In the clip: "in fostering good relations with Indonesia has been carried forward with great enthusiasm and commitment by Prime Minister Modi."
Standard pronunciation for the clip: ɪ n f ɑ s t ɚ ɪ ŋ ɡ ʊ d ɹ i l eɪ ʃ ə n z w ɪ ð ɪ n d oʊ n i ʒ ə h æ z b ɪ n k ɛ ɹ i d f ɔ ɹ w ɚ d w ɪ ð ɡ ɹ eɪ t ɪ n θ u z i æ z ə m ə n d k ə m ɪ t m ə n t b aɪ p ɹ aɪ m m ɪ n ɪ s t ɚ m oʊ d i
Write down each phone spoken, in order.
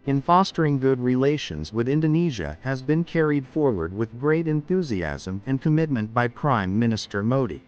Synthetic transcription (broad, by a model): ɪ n f ɑ s t ɚ ɪ ŋ ɡ ʊ d ɹ i l eɪ ʃ ə n z w ɪ ð ɪ n d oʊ n i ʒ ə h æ z b ɪ n k ɛ ɹ i d f ɔ ɹ w ɚ d w ɪ ð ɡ ɹ eɪ t ɪ n θ u z i æ z ə m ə n k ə m ɪ t m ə n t b aɪ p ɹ aɪ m m ɪ n ɪ s t ɚ m oʊ d i